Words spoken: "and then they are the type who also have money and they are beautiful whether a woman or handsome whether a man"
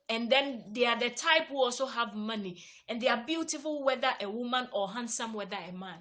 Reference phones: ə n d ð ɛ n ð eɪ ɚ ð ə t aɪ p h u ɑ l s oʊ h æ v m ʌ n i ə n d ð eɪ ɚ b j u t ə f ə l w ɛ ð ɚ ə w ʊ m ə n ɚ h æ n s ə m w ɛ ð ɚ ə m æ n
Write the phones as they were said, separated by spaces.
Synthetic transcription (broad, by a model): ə n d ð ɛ n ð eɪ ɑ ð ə t aɪ p h u ɑ l s oʊ h æ v m ʌ n i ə n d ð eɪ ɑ b j u t ə f ə l w ɛ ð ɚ ə w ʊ m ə n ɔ h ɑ n s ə m w ɛ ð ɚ ə m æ n